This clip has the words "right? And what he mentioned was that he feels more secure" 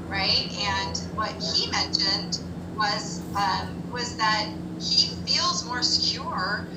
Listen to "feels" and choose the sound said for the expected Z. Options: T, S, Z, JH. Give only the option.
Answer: Z